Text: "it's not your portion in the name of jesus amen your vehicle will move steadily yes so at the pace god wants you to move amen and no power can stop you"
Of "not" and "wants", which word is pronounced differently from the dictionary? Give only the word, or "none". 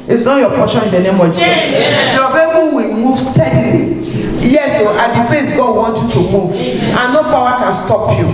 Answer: wants